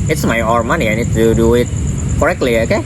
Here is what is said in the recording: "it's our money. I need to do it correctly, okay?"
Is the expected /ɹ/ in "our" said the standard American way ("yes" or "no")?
yes